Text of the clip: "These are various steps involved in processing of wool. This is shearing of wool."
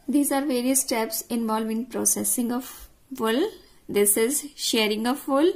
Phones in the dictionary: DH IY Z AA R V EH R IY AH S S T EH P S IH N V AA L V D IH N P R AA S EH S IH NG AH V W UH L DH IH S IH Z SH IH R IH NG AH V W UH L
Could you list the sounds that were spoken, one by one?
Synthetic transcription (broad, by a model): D IY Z AA R V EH R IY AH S S T EH P S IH N V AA L V IH N P R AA S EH S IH NG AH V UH L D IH S IH Z SH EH R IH NG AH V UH L